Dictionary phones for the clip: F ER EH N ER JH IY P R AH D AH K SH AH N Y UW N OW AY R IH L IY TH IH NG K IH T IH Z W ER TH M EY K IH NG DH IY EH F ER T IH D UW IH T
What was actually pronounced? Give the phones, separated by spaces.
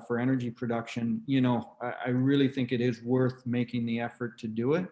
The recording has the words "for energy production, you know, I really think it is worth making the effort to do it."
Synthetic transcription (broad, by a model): F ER EH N ER JH IY P R AH D AH K SH AH N Y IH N OW AY R IH L IY TH IH NG K IH T IH Z W ER TH M EY K IH NG DH IY EH F ER T IH D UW IH T